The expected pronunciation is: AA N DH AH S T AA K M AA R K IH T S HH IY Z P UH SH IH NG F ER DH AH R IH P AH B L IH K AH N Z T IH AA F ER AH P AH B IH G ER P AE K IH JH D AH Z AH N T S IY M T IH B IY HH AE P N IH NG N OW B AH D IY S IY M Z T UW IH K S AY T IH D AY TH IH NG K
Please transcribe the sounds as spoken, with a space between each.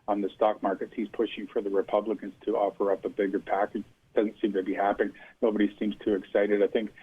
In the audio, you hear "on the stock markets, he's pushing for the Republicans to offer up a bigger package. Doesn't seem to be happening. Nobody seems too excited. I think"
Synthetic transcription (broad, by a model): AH N DH AH S T AA K M AA R K IH T S HH IY Z P UH SH IH NG F ER DH AH R IH P AH B L IH K AH N Z T IH AA F ER AH P AH B IH G ER P AE K IH JH D AH Z AH N T S IY M T IH B IY HH AE P IH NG N OW B AH D IY S IY M Z T UW IH K S AY T IH D AY TH IH NG K